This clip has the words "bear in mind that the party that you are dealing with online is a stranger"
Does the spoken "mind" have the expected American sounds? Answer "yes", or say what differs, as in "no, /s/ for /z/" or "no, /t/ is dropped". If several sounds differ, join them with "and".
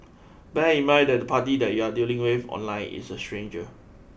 no, /n/ is dropped